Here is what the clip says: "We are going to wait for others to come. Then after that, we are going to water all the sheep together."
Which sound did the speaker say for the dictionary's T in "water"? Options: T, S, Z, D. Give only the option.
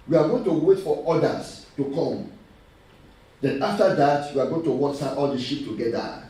S